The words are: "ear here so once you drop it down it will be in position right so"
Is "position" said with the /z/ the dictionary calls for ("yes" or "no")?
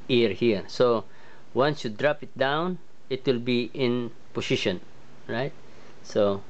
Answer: no